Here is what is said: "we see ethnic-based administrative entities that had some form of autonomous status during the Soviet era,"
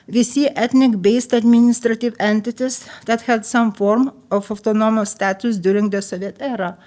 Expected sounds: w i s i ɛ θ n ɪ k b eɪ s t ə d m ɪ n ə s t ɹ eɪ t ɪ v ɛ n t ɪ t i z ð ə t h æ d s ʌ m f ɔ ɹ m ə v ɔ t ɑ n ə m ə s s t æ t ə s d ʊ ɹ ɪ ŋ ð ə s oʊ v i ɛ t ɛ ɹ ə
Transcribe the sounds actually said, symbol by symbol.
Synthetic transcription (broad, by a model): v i s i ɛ t n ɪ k b eɪ s t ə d m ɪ n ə s t ɹ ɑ t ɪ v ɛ n t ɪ t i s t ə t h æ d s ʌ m f ɔ ɹ m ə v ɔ t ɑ n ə m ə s s t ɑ t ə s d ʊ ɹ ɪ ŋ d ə s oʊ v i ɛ t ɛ ɹ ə